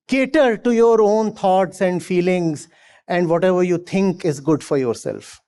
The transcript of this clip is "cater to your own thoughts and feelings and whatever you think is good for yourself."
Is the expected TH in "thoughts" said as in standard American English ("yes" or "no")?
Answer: no